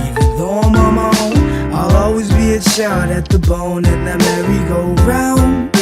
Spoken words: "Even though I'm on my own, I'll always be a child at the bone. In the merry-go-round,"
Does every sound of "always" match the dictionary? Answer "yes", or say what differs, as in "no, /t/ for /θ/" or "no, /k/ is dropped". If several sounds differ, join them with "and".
yes